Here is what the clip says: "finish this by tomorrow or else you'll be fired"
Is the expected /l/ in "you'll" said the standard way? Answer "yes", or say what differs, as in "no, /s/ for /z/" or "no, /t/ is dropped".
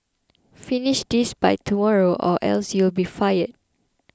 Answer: yes